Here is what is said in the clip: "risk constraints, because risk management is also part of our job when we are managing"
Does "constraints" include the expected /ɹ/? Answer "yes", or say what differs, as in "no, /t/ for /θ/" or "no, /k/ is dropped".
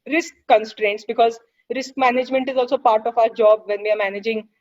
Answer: yes